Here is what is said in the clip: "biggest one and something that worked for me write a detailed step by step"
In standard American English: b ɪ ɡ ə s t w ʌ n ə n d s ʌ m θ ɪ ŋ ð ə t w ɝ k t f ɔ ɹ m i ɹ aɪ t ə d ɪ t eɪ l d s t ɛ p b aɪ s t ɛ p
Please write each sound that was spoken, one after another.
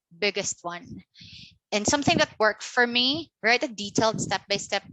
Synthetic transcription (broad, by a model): b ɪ ɡ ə s t w ʌ n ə n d s ʌ m θ ɪ ŋ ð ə t w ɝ k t f ɔ ɹ m i ɹ aɪ t ə d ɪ t eɪ l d s t ɛ p b aɪ s t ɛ p